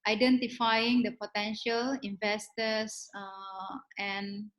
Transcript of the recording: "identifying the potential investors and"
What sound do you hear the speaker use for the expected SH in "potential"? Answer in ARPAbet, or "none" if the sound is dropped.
SH